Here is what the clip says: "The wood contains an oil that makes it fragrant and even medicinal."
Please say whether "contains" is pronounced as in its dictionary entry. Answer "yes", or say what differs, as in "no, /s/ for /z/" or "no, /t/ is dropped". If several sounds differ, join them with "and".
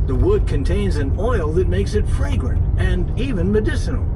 yes